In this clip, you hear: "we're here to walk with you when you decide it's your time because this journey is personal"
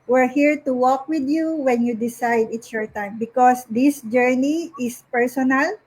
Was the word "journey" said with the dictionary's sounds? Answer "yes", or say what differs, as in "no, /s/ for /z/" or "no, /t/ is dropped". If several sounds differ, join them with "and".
yes